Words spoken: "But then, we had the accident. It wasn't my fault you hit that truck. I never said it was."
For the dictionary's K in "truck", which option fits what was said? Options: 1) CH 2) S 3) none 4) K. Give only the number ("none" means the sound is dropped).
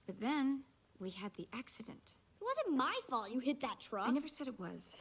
3